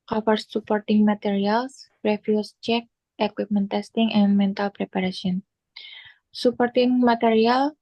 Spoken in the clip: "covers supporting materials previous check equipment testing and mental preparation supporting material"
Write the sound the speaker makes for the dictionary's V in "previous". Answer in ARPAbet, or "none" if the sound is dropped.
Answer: F